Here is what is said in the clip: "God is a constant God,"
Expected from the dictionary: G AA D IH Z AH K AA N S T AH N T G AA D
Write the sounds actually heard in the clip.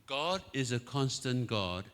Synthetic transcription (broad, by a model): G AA D IH Z AH K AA N S T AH N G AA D